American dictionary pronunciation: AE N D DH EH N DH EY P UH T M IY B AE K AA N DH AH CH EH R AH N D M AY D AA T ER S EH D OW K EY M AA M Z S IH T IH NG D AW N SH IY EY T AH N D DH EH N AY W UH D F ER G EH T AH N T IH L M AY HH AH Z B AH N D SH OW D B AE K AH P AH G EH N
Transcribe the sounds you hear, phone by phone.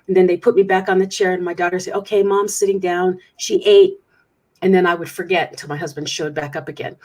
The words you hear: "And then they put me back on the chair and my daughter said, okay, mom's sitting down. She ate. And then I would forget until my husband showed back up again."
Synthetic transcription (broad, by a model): N DH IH N DH EY P UH T M IY B AE K N DH AH CH EH R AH N M AY D AA T ER S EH OW K EY M AA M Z S IH T IH NG D AW N SH IY EY T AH N DH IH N AY W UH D F ER G EH T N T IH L M AY HH AH Z B AH N D SH OW D B AE K AH P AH G EH N